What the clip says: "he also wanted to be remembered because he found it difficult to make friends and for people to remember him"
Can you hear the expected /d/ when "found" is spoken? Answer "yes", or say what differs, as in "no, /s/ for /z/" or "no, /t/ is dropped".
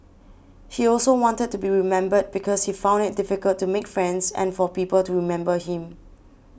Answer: yes